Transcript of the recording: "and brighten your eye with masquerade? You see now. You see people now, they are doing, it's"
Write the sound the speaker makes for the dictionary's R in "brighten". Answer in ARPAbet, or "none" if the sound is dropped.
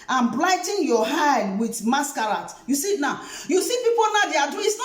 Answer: L